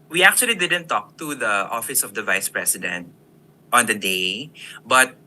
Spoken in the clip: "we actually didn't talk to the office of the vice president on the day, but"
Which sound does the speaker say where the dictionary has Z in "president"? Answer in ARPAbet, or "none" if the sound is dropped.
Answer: S